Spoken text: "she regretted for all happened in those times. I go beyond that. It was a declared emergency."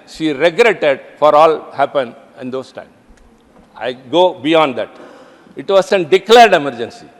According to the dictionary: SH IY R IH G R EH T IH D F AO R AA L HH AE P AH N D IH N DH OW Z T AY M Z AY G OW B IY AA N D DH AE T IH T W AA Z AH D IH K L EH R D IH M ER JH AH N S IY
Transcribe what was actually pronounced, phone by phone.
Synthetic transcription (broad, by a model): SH IY R IH G R EH T IH D F AO R AA L HH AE P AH N IH N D OW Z T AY M AY G OW B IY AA N D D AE T IH T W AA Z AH D IH K L EH R D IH M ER JH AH N S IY